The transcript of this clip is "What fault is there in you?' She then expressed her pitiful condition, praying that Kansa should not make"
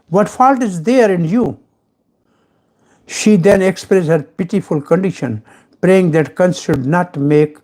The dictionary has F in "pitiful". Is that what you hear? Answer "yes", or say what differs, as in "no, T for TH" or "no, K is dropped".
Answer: yes